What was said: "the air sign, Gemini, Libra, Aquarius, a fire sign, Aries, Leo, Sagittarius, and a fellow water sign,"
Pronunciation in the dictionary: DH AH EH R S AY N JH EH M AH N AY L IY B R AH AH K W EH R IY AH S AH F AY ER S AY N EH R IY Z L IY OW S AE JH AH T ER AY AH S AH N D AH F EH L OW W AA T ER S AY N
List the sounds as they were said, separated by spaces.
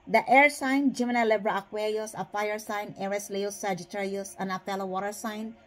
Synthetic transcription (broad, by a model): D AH EH R S AY N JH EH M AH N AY L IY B R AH AH K W EH R IY AH S AH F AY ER S AY N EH R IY S L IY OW S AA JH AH T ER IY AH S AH N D AH P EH L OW W AA T ER S AY N